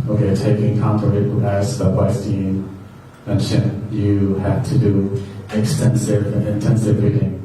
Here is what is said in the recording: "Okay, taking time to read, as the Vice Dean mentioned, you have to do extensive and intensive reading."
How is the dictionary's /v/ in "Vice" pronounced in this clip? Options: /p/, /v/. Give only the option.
/p/